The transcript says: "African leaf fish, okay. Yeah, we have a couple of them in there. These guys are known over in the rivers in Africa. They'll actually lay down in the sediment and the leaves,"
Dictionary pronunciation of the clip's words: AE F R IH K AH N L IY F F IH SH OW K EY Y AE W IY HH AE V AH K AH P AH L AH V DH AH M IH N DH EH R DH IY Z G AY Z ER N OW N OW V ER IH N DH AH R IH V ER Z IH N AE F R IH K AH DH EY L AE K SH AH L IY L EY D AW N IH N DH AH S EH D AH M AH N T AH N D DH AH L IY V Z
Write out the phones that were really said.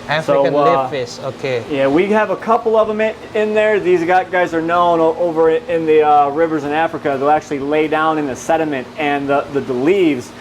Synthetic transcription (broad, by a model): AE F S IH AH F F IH S OW K EY Y AE W IY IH V AH K AH P L AH V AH M IH N DH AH R DH IY Z G AY Z ER N OW N OW V ER IH N DH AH R IH V ER Z IH N AE F R IH K AH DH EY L AE K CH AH L IY L EY D AW N IH N DH AH S EH D AH M AH N T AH N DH DH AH L IY V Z